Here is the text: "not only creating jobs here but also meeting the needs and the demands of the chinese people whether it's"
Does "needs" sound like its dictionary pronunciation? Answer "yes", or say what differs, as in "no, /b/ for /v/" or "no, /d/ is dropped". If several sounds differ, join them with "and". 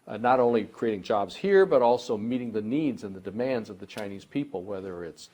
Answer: yes